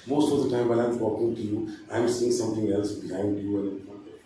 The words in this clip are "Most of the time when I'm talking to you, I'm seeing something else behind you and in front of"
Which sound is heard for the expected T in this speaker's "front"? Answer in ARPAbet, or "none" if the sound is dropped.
none